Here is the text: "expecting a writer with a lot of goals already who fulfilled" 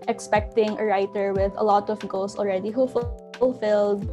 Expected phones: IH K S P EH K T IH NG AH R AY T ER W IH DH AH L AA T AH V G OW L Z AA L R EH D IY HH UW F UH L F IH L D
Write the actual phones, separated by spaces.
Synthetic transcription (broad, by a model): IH K S P EH K T IH NG AH R AY T ER W IH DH AH L AA T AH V G OW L S AA L R EH D IY HH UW F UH L F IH L D